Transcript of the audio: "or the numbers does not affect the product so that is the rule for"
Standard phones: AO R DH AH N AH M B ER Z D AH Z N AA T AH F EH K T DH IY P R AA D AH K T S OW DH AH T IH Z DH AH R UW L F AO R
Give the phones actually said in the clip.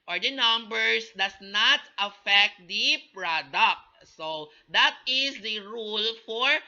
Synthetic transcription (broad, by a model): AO R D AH N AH M B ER S D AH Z N AA T AH F EH K T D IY P R AA D AH K T S OW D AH T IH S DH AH R UW L F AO R